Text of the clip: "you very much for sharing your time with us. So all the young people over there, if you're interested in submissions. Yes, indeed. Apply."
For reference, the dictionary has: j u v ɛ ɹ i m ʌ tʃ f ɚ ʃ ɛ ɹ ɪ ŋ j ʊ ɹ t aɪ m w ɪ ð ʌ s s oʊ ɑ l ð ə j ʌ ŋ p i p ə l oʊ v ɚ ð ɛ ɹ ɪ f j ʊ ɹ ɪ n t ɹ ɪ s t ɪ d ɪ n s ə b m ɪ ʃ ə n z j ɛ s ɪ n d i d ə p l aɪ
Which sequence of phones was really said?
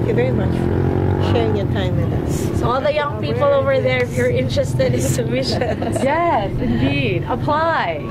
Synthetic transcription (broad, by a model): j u v ɛ ɹ i m ʌ tʃ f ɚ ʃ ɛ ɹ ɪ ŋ j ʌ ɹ t aɪ m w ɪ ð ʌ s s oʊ ɑ l ð ə j ʌ ŋ p i p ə l oʊ v ɚ ð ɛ ɹ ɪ ɹ ɪ n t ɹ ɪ s t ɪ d ɪ n s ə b m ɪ ʃ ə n j ɛ s ɪ n d i d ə p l aɪ